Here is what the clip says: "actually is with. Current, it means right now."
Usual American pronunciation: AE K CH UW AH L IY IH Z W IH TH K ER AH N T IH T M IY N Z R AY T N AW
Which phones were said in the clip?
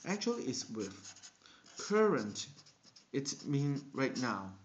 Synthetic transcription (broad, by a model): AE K CH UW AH L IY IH S W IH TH K ER AH N T IH T M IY N R AY T N AW